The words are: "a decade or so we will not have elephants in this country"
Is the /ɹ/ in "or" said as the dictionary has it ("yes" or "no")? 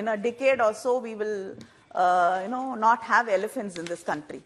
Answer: no